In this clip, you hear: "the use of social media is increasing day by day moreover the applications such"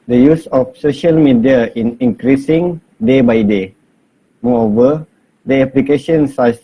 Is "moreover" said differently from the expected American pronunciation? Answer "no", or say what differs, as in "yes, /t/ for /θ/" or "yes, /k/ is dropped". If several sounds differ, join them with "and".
yes, /ɹ/ is dropped